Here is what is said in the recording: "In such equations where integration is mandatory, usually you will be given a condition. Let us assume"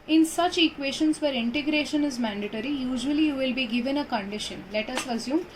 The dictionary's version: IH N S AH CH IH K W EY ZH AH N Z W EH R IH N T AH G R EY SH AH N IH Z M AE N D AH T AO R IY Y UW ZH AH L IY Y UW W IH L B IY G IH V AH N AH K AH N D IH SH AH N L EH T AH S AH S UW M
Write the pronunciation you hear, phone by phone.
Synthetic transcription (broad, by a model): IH N S AH CH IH K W EY SH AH N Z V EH R IH N T AH G R EY SH AH N IH Z M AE N D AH T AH R IY Y UW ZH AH L IY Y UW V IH L B IY G IH V AH N AH K AH N D IH SH AH N L EH T AH S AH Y UW M